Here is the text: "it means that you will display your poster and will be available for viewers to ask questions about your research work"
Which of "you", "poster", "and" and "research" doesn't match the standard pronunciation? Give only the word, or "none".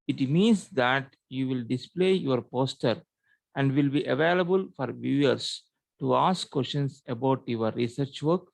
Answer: none